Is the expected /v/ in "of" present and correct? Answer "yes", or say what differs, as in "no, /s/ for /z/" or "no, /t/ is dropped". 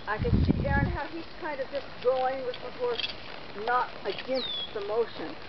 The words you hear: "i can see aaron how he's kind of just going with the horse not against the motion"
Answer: yes